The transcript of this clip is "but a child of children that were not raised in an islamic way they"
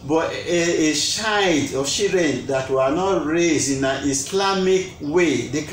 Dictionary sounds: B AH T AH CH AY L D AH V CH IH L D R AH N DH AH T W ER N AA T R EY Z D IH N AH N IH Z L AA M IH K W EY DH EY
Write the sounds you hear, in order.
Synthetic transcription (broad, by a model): B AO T AH SH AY D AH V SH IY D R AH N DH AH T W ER N AA T R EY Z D IH N AH N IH S L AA M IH K W EY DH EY